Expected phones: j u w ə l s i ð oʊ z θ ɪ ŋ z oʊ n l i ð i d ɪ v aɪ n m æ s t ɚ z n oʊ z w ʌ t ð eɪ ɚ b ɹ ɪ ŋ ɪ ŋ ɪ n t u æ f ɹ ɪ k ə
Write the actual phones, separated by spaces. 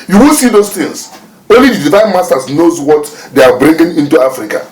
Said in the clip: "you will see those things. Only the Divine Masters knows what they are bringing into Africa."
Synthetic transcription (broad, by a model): j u w ə l s i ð oʊ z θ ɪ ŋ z oʊ n l i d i d ɪ v aɪ n m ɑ s t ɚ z n oʊ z w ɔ t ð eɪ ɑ b ɹ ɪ ŋ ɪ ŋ ɪ n t u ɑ f ɹ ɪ k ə